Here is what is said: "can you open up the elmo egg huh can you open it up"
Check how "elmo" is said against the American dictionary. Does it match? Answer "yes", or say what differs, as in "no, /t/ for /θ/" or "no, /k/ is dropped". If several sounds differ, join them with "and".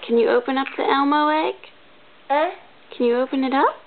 yes